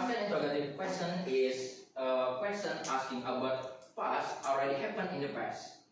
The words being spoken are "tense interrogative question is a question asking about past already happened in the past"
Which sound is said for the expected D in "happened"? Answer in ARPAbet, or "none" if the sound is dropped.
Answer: none